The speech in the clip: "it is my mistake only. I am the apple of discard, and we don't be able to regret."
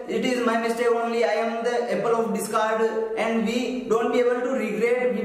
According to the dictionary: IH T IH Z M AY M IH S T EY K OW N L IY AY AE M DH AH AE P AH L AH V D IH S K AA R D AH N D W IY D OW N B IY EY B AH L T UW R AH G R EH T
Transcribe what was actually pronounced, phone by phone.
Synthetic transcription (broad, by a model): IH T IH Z M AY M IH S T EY OW N L IY AY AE M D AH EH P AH L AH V D IH S K AA R D AH N D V IY D OW N B IY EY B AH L T UW R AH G R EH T